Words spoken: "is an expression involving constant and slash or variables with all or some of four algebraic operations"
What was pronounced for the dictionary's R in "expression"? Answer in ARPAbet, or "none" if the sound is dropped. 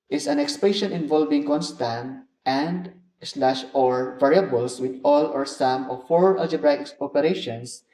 none